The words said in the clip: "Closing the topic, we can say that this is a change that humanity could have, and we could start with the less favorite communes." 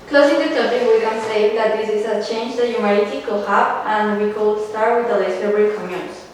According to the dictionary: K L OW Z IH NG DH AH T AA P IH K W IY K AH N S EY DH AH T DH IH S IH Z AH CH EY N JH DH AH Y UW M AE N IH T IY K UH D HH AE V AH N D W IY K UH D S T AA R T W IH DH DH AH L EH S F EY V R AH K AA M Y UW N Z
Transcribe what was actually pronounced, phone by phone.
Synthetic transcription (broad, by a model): K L OW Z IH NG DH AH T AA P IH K W IY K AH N S EY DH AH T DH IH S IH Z AH CH EY N JH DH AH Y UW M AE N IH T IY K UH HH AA P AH N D W IY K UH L S T AA R T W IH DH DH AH L EH S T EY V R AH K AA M Y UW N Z